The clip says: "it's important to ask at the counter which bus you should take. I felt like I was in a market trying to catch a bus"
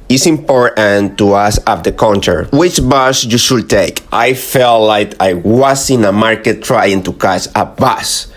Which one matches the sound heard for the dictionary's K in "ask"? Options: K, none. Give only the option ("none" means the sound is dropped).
none